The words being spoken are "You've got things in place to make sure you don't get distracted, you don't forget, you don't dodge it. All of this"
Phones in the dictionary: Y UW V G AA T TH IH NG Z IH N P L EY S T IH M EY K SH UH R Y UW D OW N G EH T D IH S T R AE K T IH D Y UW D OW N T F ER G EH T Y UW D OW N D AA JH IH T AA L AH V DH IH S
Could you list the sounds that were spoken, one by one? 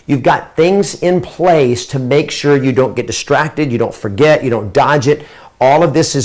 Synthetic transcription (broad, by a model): Y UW V G AA T TH IH NG Z IH N P L EY S T IH M EY K SH UH R Y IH D OW N G EH T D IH S T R AE K T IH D Y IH D OW N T F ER G EH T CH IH D OW N D AA JH IH T AA L AH V DH IH S